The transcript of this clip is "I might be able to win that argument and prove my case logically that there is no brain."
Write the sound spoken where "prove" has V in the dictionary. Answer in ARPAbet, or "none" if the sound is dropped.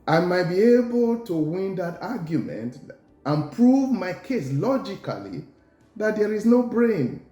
V